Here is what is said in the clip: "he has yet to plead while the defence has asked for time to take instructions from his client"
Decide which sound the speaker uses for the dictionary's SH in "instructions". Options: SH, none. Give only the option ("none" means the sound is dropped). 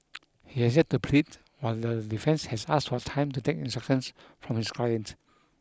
none